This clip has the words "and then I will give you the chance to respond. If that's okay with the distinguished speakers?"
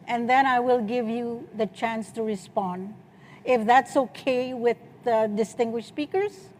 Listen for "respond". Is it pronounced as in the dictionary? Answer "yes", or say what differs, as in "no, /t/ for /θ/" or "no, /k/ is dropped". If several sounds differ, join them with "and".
yes